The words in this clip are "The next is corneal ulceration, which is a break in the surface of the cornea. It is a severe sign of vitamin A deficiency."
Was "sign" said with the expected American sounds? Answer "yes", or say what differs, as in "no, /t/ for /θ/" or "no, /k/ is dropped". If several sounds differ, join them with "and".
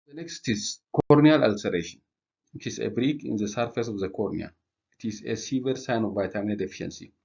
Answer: yes